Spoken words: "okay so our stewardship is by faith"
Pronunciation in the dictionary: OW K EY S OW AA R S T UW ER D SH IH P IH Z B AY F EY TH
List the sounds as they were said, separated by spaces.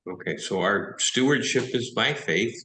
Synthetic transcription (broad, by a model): OW K EY S OW AA R S T UW ER D SH IH P IH Z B AY F EY TH